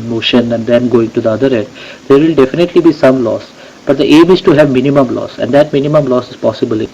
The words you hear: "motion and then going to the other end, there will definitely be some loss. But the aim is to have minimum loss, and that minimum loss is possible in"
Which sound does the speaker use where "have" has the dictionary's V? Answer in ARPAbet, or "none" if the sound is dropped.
V